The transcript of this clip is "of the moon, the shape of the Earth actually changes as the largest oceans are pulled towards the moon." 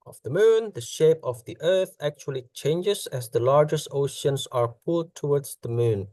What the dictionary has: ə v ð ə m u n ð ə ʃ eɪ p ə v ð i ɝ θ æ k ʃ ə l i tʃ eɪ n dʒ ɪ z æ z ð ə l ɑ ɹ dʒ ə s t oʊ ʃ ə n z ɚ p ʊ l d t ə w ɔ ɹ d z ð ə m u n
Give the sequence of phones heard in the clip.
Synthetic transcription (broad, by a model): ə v ð ə m u n ð ə ʃ eɪ p ə v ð i ɝ θ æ k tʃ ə l i tʃ eɪ n dʒ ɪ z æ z ð ə l ɑ ɹ dʒ ə s t oʊ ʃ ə n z ɚ p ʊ l d t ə w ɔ ɹ d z ð ə m u n